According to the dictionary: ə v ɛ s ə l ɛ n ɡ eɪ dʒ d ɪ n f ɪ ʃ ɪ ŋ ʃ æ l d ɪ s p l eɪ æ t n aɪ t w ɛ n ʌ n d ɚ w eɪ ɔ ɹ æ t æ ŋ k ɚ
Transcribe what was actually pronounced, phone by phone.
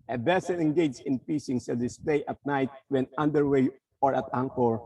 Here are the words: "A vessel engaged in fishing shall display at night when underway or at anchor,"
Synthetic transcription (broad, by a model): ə b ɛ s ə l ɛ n ɡ eɪ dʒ ɪ n p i s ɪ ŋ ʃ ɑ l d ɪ s p l eɪ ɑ t n aɪ t w ɛ n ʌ n d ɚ w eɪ ɔ ɹ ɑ t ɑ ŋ k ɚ